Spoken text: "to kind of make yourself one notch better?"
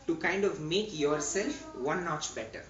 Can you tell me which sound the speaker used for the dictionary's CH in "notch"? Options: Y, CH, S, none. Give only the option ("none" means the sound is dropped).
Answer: CH